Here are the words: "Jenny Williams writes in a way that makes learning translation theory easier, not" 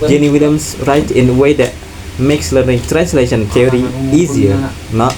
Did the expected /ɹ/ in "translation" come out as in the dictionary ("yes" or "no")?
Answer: yes